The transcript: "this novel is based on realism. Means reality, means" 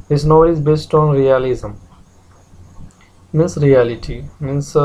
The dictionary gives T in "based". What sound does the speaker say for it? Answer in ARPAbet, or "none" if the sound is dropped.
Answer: T